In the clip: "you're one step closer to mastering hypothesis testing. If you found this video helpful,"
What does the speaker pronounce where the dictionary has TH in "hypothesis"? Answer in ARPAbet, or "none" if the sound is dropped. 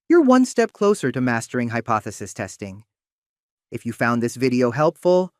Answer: TH